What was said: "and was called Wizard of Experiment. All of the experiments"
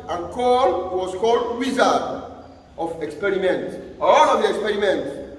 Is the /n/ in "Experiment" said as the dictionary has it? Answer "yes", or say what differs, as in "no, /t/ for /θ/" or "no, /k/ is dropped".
yes